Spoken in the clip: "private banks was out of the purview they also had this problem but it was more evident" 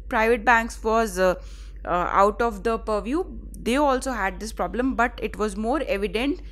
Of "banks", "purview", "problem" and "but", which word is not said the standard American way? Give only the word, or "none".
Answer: none